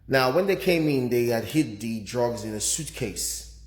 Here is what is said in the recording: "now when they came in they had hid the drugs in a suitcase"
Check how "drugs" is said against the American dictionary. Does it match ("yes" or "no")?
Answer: yes